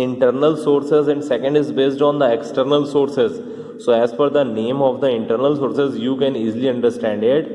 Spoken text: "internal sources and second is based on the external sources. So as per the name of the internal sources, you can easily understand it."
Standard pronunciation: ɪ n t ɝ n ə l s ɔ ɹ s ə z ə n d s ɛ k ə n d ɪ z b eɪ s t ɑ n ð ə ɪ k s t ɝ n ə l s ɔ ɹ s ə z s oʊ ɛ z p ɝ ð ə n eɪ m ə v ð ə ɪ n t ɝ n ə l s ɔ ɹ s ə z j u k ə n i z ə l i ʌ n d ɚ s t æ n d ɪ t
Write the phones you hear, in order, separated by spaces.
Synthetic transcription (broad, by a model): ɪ n t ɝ n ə l s ɔ ɹ s ə z ə n d s ɛ k ə n d ɪ z b eɪ s t ɑ n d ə ɪ k s t ɝ n ə l s ɔ ɹ s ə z s oʊ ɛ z f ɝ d ə n eɪ m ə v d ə ɪ n t ɝ n ə l s ɔ ɹ s ə z j u k ə n i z l i ʌ n d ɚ s t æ n d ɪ t